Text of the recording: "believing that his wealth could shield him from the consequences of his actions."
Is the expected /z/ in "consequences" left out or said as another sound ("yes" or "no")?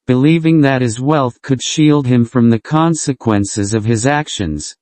no